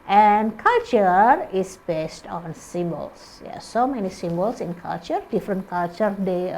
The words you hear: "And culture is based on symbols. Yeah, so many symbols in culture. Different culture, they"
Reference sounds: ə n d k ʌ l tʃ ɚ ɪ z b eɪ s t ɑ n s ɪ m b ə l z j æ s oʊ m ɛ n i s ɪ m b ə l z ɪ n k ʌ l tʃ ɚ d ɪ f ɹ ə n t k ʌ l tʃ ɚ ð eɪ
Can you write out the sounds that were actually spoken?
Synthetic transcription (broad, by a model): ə n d k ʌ l tʃ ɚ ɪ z b eɪ s t ɑ n s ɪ m b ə l s j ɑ s oʊ m ɛ n i s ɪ m b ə l s ɪ n k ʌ l tʃ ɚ d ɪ f ɹ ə n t k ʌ l tʃ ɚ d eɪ